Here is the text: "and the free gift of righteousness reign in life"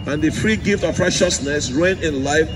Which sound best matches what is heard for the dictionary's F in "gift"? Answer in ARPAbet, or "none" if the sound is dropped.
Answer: F